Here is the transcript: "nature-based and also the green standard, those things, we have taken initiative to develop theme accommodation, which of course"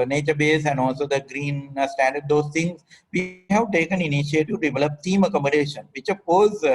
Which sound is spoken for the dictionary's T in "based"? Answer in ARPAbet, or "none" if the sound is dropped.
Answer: none